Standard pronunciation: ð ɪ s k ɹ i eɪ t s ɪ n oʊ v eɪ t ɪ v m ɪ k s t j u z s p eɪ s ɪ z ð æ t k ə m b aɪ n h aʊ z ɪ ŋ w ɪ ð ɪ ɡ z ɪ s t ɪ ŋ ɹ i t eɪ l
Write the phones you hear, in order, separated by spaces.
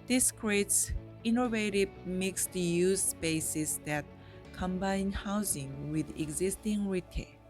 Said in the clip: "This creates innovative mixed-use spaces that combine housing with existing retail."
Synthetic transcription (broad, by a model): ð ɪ s k ɹ i eɪ t s ɪ n oʊ v eɪ t ɪ v m ɪ k s t j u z s p eɪ s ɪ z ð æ t k ə m b aɪ n h aʊ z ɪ ŋ w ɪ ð ɪ ɡ z ɪ s t ɪ ŋ ɹ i t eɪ